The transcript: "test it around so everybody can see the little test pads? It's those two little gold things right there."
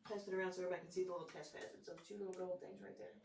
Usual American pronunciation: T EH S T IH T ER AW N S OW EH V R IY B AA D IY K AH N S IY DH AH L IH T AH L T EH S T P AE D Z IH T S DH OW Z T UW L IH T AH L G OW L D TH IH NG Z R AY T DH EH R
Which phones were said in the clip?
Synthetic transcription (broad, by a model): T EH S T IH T ER AW N S OW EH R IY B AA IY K N S IY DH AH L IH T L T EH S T F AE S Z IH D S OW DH T UW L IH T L G OW L D TH IH NG Z R AY T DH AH R